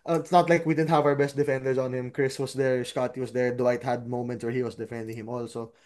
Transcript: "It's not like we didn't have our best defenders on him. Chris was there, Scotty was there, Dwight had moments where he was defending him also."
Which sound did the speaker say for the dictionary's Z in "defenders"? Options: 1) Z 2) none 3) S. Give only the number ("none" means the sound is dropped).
3